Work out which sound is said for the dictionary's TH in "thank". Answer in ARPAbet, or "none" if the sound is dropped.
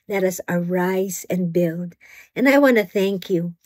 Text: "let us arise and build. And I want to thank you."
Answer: TH